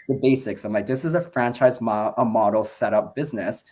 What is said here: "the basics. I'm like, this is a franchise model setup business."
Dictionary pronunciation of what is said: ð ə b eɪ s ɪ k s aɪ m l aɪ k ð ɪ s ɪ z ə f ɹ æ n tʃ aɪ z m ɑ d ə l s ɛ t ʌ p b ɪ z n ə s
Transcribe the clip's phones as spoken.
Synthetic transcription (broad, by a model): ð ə b eɪ s ɪ k s aɪ m l aɪ k ð ɪ s ɪ z ə f ɹ æ n tʃ aɪ z m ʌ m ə l s ɛ t ʌ p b ɪ z n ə s